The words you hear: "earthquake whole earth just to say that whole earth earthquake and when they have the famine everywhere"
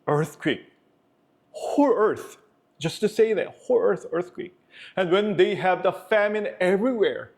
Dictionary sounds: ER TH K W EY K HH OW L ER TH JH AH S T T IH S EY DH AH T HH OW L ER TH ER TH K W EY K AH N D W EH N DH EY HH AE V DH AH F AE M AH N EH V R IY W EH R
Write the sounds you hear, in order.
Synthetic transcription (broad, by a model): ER TH K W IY K HH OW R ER TH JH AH S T T IH S EY DH AH T HH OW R ER TH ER TH K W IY K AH N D W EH N DH EY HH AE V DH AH F AE M AH N EH V R IY W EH R